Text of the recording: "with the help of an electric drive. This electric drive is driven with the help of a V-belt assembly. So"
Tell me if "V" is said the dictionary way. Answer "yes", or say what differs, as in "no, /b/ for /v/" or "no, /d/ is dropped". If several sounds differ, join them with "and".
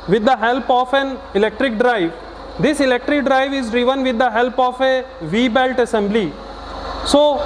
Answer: yes